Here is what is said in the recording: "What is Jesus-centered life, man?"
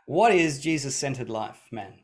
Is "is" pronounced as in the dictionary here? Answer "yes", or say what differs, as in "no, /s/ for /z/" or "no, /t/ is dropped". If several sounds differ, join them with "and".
yes